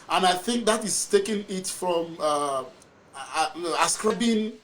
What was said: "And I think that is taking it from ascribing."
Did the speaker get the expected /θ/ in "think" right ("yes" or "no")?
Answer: yes